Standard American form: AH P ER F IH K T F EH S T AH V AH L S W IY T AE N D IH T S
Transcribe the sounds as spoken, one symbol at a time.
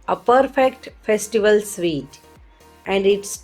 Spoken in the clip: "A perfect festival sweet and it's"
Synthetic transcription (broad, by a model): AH P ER F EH K T F EH S T AH V AH L S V IY T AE N D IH T S